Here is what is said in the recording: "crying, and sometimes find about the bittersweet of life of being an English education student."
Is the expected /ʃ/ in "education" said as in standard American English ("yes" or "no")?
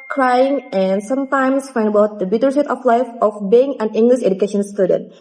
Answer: yes